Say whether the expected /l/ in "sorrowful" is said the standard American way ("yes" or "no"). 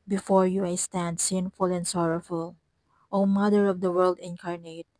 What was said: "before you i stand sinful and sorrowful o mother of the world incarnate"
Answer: yes